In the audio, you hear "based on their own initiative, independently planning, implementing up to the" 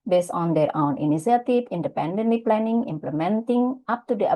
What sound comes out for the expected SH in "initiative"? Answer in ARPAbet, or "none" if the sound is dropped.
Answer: S